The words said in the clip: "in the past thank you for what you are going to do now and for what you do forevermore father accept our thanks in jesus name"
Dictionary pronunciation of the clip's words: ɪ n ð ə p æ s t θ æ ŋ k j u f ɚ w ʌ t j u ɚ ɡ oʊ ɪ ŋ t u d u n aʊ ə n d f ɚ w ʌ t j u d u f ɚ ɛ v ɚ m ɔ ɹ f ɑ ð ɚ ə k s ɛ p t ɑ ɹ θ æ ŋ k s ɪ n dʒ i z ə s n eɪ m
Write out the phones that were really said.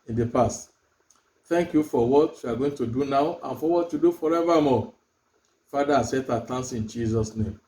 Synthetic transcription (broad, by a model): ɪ n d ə p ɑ s t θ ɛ ŋ k j u f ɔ w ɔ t j u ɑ ɡ oʊ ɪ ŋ t u d u n aʊ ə n f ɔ w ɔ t j u d u f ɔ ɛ v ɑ m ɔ f ɑ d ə s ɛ t ɑ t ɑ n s ɪ n dʒ i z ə s n eɪ m